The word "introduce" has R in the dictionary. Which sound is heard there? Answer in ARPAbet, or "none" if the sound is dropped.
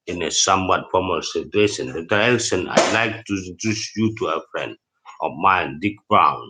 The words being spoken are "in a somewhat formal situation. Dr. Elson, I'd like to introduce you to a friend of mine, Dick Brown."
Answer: none